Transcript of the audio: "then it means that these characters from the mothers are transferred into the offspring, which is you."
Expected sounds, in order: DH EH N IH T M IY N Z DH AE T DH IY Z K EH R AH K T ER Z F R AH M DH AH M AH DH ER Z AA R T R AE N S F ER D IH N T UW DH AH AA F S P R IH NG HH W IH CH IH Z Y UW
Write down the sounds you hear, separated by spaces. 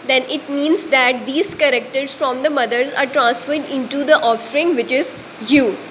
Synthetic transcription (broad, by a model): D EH N IH T M IY N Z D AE T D IY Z K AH R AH K T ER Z F R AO M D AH M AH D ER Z AA R T R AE N S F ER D IH N T UW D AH AA F S P R IH NG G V IH CH IH Z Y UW